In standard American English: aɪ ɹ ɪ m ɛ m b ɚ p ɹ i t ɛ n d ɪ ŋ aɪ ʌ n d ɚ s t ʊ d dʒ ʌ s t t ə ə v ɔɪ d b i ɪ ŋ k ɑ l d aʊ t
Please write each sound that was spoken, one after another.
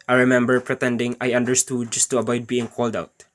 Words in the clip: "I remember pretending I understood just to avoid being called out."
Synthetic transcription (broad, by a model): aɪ ɹ ɪ m ɛ m b ɚ p ɹ i t ɛ n d ɪ ŋ aɪ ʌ n d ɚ s t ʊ d dʒ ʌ s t t ə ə b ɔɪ d b i ɪ ŋ k ɑ l d aʊ t